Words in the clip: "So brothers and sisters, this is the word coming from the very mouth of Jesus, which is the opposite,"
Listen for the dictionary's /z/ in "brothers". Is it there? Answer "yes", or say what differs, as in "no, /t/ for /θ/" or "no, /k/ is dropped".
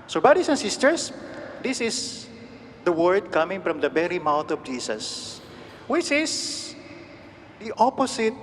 no, /s/ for /z/